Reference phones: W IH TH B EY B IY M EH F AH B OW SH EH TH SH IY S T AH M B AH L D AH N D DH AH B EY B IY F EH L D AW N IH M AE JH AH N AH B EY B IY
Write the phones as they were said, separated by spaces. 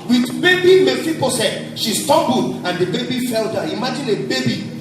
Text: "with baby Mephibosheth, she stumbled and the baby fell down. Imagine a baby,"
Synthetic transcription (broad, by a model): W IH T B EY B IY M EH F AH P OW S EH T SH IY S T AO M B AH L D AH N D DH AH B EY B IY F EH L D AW IH M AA JH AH N AH B EY B IY